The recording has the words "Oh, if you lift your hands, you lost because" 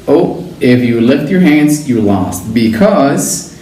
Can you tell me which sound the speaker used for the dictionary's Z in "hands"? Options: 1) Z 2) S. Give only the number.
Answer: 1